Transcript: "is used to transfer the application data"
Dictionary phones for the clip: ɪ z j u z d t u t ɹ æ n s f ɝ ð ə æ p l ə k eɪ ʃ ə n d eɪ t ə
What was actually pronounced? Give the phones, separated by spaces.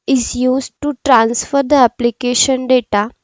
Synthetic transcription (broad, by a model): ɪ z j u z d t u t ɹ æ n s f ɝ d ə æ p l ə k eɪ ʃ ə n d eɪ t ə